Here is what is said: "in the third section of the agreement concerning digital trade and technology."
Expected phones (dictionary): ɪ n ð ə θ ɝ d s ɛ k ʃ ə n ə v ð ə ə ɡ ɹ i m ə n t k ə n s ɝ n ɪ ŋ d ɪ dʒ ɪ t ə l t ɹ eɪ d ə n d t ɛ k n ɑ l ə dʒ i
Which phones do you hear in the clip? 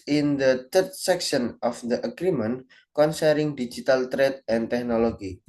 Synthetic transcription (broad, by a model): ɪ n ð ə t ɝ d s ɛ k ʃ ə n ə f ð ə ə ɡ ɹ i m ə n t k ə n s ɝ ɪ ŋ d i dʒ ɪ t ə l t ɹ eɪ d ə n t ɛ k n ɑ l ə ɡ i